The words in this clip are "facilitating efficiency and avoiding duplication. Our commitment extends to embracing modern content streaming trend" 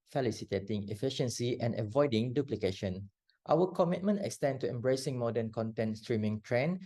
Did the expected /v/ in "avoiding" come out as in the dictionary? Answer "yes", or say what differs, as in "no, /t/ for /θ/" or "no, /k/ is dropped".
yes